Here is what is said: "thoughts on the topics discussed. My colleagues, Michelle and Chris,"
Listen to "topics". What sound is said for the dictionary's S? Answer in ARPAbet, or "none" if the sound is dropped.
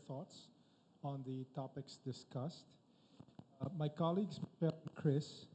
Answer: S